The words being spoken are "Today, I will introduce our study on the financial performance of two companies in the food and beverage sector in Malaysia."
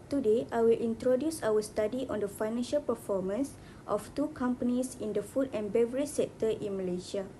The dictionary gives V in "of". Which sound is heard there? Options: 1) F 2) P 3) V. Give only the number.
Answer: 1